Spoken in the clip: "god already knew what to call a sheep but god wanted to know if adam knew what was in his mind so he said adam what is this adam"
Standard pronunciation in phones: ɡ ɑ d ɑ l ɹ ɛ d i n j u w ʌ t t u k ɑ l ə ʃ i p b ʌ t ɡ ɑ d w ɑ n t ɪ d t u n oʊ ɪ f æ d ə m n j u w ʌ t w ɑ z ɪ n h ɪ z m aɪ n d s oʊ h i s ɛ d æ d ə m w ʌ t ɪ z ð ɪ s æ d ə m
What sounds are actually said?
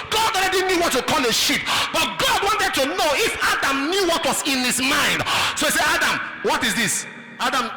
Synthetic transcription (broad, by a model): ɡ ɑ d ɑ l ɹ ɛ d i n j u w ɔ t t u k ɑ l ə ʃ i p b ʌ t ɡ ɑ d w ɑ n t ɪ d t u n oʊ ɪ f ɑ d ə m n j u w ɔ t w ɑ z ɪ n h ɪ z m aɪ n d s oʊ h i s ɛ ɑ d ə m w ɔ t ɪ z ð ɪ s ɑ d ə m